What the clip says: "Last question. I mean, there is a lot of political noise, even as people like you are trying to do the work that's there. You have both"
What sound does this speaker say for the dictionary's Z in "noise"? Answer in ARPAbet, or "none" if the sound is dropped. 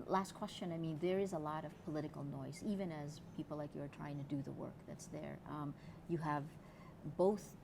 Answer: Z